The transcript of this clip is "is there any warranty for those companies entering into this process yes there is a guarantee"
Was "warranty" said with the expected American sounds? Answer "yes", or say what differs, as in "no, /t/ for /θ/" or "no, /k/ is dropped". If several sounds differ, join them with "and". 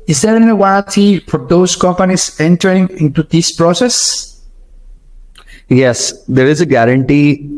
no, /n/ is dropped